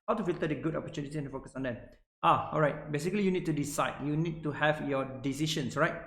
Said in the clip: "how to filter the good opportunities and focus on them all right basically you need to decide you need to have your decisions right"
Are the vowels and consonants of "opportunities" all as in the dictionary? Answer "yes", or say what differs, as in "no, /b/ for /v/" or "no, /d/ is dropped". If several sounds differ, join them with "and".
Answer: no, /z/ is dropped